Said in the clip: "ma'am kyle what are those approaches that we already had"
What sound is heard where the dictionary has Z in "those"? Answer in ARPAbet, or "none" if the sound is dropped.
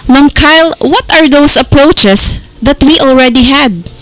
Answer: S